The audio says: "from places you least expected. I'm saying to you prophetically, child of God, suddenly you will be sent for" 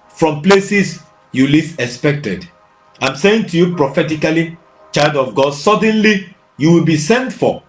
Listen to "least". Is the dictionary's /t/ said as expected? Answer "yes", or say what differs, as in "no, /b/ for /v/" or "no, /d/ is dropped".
no, /t/ is dropped